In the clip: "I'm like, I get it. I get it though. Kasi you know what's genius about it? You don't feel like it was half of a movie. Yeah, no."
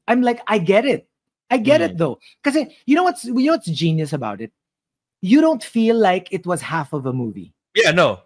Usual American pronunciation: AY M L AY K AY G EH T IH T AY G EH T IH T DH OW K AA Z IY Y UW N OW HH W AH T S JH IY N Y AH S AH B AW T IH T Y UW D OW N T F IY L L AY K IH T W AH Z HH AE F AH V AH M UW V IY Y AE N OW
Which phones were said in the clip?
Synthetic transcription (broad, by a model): AY M L AY K AY G EH T IH T AY G EH T IH T DH OW K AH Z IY Y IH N OW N W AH T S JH IY N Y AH S AH B AW T IH T Y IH D OW N T F IY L L AY K IH T W AH Z HH AE F AH V AH M UW V IY Y AE N OW